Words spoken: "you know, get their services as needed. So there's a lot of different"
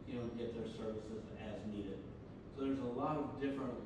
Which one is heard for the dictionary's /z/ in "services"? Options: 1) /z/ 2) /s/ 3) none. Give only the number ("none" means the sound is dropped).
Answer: 1